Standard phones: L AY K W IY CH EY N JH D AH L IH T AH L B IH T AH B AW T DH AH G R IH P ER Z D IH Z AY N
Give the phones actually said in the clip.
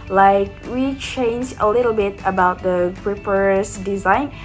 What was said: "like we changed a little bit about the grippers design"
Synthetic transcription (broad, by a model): L AY K W IY CH EY N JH AH L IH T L B IH T AH B AW T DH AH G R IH P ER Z D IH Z AY N